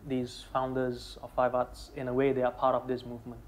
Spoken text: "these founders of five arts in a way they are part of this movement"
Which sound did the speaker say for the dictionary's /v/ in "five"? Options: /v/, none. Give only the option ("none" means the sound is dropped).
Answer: /v/